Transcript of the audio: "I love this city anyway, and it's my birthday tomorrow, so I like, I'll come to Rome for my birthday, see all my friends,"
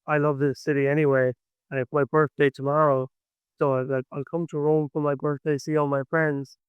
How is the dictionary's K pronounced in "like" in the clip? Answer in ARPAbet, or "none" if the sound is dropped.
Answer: none